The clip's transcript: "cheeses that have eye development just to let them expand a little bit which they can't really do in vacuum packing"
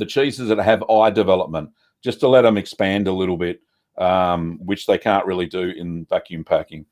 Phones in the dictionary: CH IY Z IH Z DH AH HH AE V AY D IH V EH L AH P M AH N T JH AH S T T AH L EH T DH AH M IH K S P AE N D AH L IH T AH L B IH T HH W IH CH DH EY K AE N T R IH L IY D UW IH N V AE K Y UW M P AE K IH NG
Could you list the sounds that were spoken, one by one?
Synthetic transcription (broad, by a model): CH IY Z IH Z DH AH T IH V AY D IH V EH L AH P M AH N T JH AH S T T AH L EH T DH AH M IH K S P AE N D AH L IH T L B IH T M W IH CH DH EY K AE N T R IH L IY D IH IH N V AE K Y UW M P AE K IH NG